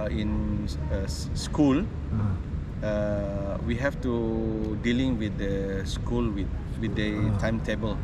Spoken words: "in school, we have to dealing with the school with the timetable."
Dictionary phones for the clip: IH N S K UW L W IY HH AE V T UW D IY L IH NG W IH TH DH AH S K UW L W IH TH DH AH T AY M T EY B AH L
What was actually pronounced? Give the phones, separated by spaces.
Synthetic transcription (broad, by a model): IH N S K UW L W IY HH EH F T UW D IY L IH NG W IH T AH S K UW L W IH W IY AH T AY M T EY B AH L